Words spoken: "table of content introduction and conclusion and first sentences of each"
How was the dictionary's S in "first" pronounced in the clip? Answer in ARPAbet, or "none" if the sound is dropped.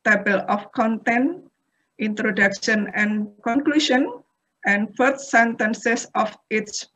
none